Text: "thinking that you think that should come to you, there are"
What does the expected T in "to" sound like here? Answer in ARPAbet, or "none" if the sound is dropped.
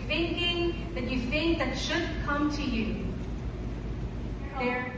T